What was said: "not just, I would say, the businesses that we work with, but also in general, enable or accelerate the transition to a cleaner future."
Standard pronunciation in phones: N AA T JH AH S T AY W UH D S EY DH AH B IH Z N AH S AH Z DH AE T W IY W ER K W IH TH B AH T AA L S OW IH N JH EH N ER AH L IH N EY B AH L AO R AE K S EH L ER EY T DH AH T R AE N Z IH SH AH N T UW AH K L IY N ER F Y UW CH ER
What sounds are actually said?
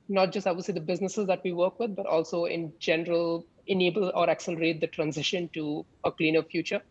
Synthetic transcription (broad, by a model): N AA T JH AH S T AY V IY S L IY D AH B IH Z N AH S AH Z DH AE T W IY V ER K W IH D B AH T AA L S OW IH N JH EH N ER AH L IH N EY B AH L AO R AE K S EH L ER EY T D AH T R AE N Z IH SH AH N T UW AH K L IY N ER F Y UW CH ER